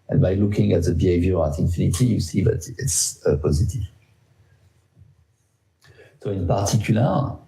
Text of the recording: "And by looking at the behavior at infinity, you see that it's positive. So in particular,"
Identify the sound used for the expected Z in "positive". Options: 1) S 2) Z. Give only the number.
2